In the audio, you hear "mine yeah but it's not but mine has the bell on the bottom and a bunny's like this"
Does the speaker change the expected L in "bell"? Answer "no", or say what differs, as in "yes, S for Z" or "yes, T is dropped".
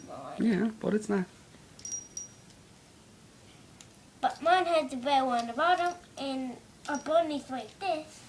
yes, W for L